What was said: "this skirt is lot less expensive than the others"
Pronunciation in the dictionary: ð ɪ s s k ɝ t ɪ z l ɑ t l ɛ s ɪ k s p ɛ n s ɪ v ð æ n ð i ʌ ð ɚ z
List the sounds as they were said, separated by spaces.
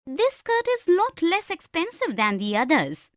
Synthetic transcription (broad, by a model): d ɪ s s k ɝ t ɪ z n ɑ t l ɛ s ɪ k s p ɛ n s ɪ v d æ n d i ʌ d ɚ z